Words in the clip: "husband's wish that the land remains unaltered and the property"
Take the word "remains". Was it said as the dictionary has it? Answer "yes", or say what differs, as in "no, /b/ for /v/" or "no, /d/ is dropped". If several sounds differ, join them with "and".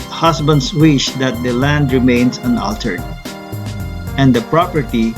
no, /s/ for /z/